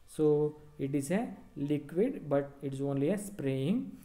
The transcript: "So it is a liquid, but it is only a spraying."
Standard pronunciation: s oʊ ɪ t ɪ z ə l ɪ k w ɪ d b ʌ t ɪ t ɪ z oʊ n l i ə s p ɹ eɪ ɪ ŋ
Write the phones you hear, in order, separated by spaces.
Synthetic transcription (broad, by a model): s oʊ ɪ t ɪ z ə l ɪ k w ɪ d b ʌ t ɪ t ɪ z oʊ n l i ə s p ɹ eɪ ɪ ŋ